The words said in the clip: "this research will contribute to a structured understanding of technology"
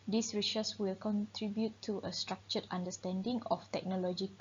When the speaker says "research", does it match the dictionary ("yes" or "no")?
no